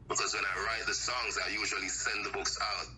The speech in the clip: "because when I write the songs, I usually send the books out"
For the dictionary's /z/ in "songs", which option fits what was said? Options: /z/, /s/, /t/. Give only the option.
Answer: /z/